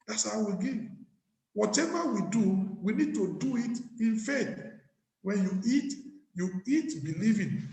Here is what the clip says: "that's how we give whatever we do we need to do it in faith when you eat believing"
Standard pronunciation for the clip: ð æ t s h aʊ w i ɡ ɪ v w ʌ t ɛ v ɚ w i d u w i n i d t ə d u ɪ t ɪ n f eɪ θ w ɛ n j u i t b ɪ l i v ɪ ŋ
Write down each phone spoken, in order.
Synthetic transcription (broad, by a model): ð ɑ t s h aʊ w i ɡ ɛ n w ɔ t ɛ v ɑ w i d u w i n i d t ə d u ɪ t ɪ n f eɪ t w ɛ n j u i t b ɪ l i v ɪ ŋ